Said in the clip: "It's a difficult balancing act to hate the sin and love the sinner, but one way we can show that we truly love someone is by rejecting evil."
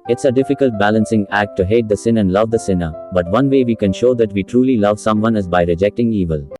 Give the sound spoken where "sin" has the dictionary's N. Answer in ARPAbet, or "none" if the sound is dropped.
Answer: N